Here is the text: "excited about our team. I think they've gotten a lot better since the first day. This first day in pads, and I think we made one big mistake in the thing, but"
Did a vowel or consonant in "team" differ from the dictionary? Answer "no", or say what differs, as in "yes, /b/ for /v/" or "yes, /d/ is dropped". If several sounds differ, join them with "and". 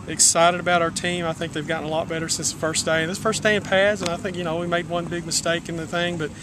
no